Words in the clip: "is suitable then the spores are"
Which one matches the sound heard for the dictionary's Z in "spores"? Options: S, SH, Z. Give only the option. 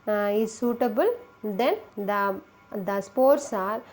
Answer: S